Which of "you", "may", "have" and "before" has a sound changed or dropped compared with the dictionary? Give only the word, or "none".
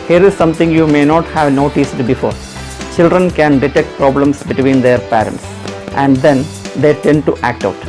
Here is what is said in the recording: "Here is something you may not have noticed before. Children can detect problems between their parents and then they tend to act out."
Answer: none